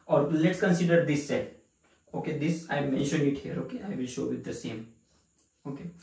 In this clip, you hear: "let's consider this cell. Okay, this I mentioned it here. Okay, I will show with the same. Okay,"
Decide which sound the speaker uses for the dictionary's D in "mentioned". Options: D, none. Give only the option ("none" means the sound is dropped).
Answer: none